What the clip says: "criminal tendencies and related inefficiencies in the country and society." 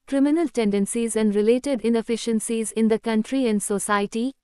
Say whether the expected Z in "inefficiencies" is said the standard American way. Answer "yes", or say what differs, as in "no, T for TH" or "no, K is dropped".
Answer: yes